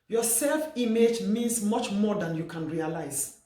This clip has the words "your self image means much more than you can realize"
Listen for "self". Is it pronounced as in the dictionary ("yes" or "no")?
yes